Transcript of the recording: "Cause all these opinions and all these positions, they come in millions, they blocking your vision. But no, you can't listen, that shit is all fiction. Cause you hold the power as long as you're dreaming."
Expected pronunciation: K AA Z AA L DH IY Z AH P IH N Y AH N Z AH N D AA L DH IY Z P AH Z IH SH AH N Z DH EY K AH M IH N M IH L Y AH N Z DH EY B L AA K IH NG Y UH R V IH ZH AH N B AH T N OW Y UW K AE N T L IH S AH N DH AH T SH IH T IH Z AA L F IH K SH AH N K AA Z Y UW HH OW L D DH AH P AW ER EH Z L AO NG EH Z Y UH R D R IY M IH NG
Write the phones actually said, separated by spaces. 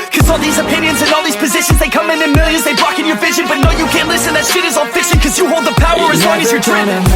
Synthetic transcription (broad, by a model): K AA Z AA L DH IY Z AH P IH N Y AH N Z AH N AA L DH IY Z P AH Z IH SH AH N Z DH EY K AH M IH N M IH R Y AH Z DH EY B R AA K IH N Y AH R V IH ZH AH N B AH T N OW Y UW K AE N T L IH S AH N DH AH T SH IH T IH Z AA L F IH K SH AH N K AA Z Y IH HH OW L D DH AH P AW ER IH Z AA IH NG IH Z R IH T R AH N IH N